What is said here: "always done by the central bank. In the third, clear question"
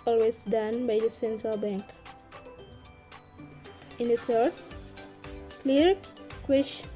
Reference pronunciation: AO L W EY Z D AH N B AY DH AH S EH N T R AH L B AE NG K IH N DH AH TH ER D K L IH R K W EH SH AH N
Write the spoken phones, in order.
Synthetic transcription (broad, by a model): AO L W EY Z D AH N B AY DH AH S EH N T R AH L B AE NG K IH N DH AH S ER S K L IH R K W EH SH